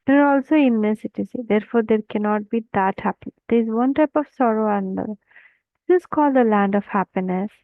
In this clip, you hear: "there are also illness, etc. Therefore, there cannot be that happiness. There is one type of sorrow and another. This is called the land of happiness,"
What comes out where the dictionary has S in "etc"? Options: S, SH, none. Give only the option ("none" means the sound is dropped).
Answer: none